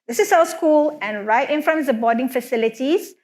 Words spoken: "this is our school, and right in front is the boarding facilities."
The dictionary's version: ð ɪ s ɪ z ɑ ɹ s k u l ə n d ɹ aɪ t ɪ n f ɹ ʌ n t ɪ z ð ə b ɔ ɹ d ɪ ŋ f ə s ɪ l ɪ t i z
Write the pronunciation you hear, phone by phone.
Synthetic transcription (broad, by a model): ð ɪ s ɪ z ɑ l s k u l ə n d ɹ aɪ t ɪ n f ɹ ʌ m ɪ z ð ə b ɔ d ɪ ŋ f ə s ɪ l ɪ t i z